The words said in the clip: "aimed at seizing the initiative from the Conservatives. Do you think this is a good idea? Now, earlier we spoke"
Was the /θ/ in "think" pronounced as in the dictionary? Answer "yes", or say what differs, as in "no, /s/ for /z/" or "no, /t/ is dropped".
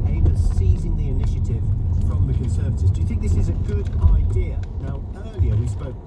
yes